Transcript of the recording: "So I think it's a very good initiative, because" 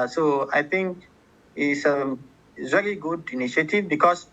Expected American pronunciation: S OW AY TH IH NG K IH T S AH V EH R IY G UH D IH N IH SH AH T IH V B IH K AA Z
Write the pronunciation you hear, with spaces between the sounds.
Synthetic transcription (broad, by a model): S OW AY T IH NG K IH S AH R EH L IY G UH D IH N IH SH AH T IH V B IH K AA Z